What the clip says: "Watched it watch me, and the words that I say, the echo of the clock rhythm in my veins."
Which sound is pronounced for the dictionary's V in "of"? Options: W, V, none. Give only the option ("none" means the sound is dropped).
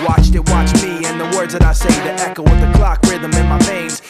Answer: W